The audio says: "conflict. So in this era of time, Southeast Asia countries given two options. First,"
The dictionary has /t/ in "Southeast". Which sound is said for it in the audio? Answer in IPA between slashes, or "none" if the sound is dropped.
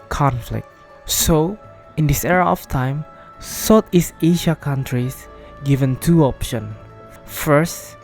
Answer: none